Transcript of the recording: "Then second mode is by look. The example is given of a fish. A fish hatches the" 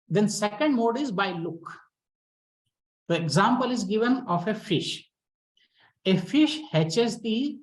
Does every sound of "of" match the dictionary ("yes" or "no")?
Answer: no